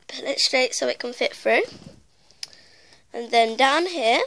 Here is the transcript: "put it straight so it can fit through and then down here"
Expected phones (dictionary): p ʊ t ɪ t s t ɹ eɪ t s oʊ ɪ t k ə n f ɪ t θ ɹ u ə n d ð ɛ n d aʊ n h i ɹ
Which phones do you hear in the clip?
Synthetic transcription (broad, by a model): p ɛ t ɪ t s t ɹ eɪ t s oʊ ɪ t k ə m f ɪ t f ɹ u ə n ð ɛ n d aʊ n h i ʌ